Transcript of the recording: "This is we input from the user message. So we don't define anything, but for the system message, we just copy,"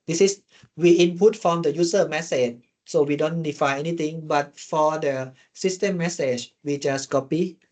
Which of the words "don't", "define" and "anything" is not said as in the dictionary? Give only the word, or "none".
anything